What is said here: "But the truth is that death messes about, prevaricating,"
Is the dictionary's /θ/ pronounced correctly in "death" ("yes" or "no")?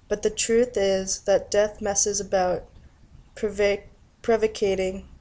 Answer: yes